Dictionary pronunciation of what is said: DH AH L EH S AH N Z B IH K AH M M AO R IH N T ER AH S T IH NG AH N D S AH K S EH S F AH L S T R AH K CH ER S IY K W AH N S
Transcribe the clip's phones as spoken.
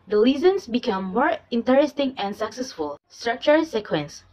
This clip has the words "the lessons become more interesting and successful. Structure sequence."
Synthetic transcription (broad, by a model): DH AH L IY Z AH N S B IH K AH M M AO R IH N T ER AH S T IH NG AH N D S AH K S EH S F AH L S T R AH K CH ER S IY K W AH N S